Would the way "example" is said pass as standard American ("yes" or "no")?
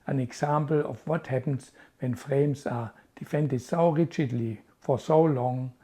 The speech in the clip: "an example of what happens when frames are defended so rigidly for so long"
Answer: no